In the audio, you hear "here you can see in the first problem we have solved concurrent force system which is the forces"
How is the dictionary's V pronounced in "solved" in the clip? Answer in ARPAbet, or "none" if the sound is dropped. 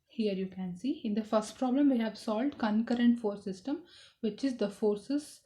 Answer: V